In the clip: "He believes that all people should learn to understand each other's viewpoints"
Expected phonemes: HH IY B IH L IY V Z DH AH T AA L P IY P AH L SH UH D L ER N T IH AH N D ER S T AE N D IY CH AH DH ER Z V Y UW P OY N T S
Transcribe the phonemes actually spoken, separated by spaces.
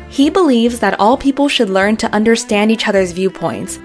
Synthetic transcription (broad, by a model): HH IY B IH L IY V Z DH AH T AA L P IY P L SH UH D L ER N T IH AH N D ER S T AE N D IY CH AH DH ER Z V Y UW P OY N T S